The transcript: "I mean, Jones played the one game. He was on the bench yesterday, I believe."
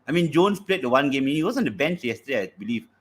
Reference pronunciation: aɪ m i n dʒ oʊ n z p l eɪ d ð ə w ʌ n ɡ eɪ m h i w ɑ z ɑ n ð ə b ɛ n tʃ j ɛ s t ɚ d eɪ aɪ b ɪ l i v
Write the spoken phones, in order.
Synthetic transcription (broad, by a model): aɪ m i n dʒ oʊ n s p l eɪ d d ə w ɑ n ɡ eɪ m h i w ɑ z ɑ n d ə b ɛ n tʃ j ɛ s t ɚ d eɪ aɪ b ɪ l i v